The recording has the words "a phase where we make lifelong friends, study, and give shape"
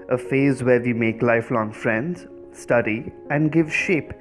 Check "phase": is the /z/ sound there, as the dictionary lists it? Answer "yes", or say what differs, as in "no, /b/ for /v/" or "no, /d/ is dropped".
yes